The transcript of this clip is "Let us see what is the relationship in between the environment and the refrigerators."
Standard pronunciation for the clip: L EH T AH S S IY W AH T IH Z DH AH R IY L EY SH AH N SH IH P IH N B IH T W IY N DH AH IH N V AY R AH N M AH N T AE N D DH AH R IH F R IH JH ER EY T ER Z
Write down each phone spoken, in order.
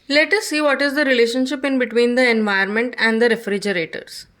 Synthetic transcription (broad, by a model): L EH T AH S S IY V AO T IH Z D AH R IY L EY SH AH N SH IH P IH N B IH T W IY N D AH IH N V AY AH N M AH N T AE N D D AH R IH F R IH JH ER EY T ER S